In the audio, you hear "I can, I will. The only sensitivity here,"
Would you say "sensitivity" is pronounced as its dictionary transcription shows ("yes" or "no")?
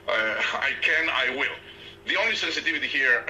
yes